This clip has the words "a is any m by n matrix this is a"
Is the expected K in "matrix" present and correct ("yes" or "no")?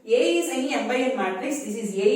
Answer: no